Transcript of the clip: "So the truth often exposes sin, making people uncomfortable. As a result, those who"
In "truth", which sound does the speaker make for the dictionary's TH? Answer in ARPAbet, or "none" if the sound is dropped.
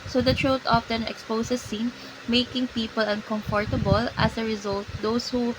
T